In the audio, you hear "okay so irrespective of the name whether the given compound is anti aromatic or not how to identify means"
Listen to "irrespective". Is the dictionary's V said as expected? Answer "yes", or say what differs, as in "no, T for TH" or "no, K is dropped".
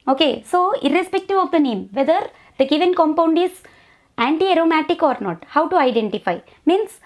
yes